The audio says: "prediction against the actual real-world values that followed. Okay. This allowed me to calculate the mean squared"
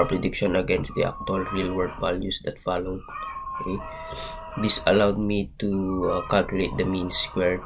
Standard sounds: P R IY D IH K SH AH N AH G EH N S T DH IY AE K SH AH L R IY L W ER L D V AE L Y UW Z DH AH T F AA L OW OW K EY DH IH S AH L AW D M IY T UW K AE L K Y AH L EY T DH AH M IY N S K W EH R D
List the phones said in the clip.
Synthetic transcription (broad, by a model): P R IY D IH K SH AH N AH G EH N S T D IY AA K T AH L R IY L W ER D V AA L Y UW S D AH T F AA L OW OW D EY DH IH S AH L AW D M IY T UW K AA L K Y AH L EY T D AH M IY N S K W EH R